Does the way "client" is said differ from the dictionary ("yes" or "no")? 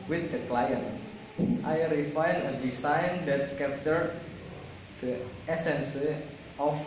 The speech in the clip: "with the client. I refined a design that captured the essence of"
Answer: no